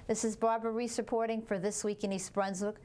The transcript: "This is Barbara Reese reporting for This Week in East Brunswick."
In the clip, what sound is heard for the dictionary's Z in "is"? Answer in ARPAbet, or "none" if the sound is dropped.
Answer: Z